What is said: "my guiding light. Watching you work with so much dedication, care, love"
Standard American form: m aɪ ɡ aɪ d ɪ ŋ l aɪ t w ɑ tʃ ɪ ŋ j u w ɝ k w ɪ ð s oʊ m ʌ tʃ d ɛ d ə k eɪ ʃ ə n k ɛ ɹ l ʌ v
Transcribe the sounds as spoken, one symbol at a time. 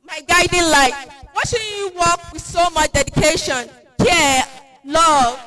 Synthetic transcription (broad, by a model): m aɪ ɡ aɪ d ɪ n l aɪ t w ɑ ʃ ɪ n j u w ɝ k w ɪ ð s oʊ m ʌ tʃ d ɛ d ə k eɪ ʃ ə n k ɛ l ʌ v